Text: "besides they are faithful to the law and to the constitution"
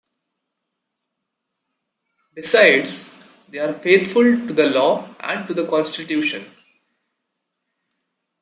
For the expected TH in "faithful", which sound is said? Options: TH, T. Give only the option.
T